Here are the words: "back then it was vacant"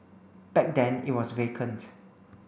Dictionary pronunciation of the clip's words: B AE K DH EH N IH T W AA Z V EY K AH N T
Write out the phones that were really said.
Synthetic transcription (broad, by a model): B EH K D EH N IH T W AA S V EY K AH N T